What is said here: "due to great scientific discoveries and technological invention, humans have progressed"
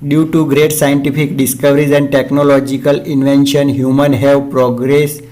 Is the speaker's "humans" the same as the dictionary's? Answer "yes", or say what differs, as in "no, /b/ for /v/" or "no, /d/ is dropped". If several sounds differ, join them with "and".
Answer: no, /z/ is dropped